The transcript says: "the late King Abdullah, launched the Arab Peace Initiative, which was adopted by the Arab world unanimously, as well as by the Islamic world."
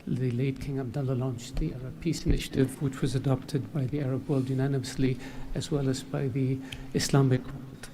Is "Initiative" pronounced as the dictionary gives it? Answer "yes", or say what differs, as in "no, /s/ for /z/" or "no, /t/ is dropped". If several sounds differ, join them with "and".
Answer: yes